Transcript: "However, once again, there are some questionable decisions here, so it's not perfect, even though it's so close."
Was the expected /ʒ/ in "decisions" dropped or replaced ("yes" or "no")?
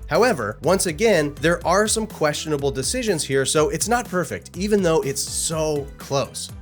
no